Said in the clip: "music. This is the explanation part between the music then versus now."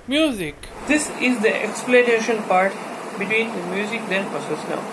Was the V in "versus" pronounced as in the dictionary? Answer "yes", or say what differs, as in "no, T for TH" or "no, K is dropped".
no, P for V